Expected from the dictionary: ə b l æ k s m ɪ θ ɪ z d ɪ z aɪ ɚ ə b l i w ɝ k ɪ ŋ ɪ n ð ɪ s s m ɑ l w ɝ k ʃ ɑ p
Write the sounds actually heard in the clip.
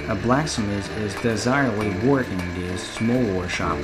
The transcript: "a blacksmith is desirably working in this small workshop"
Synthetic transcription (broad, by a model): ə b l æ k s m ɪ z ɪ z d ɪ z aɪ ɚ ə b l i w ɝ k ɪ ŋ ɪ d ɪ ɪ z s m ɑ l w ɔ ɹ ʃ ɑ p